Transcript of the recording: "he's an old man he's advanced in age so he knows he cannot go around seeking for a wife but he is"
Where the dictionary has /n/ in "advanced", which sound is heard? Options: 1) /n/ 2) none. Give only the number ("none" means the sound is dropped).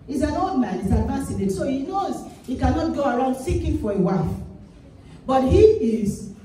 2